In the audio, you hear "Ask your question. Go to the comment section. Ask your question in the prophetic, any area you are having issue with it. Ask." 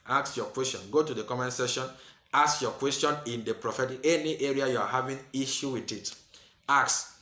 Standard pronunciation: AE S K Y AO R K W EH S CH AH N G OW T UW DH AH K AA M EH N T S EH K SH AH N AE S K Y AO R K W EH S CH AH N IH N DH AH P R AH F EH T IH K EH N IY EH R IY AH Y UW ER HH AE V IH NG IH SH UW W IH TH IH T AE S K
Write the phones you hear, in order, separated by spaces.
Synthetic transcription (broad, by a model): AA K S Y AO K W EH S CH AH N G OW T UW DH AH K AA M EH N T S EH SH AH N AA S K Y AO K W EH S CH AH N IH N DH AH P R AH F EH T IH K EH N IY EH R IY AH Y UW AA HH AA V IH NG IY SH UW W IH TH IH T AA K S